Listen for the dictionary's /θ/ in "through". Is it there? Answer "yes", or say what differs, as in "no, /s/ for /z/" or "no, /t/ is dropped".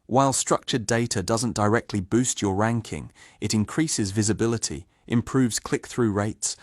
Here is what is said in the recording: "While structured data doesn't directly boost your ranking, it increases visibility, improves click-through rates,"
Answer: yes